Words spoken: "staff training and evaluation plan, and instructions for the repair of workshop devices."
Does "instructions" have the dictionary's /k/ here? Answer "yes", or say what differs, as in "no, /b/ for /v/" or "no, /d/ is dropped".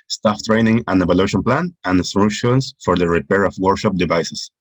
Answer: no, /k/ is dropped